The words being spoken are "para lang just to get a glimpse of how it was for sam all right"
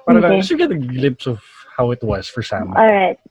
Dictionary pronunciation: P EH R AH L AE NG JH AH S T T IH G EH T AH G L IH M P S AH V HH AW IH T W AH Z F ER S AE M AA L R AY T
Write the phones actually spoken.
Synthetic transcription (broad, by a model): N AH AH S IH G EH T AH G L IH M P S AH V HH AW IH T W AH Z F ER S AE M AA L R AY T